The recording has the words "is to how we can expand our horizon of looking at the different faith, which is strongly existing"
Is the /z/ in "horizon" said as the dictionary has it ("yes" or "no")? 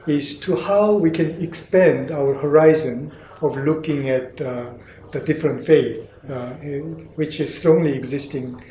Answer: yes